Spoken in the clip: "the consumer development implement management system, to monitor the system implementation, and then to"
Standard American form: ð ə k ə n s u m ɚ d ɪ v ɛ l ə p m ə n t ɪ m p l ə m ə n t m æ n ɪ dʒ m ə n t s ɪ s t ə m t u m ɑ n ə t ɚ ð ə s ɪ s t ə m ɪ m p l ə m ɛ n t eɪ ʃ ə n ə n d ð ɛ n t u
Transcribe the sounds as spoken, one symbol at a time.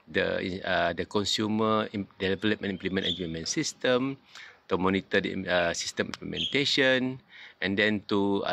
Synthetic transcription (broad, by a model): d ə k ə n s u m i d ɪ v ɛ l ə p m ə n i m p l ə m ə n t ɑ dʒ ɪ m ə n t s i s t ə m t u m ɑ n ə t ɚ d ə s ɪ s t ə m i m p l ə m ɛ n t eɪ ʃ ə n ə n d ɛ n t u